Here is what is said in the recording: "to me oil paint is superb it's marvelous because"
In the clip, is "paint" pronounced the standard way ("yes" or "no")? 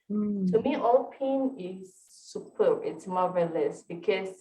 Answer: no